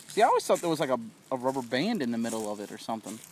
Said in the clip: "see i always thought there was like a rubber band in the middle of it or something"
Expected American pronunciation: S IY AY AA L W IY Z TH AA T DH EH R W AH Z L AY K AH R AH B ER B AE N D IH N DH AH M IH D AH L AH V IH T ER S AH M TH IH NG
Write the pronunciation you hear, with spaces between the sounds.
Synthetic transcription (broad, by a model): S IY AA L W IY Z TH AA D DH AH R W AH Z L AY K AH R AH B ER B AE N D IH N DH AH M IH D L AH V IH T ER S AH M TH IH NG